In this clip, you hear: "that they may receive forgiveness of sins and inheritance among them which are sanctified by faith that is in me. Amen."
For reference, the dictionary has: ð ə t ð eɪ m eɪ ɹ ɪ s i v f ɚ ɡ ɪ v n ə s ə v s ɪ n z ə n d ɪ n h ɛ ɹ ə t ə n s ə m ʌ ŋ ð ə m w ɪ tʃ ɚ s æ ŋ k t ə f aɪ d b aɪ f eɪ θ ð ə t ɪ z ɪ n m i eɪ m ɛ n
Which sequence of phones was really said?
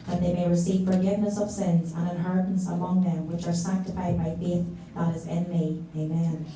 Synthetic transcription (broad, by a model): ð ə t ð eɪ m eɪ ɹ ɪ s i v f ɚ ɡ ɪ v n ə s ə v s ɪ n z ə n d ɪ n h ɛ ɹ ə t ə n s ə m ʌ ŋ ð ə m w ɪ tʃ ɚ s æ ŋ k t ə f aɪ d b aɪ f eɪ θ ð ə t ɪ z ɪ n m i eɪ m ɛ n